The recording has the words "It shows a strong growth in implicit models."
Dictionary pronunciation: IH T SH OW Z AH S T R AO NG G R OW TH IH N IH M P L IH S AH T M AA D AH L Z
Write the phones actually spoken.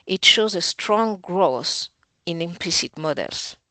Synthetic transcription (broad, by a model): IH T SH OW Z AH S T R AO NG G R OW S IH N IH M P L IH S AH T M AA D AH L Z